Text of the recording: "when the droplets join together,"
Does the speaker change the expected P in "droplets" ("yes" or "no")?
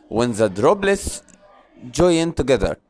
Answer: yes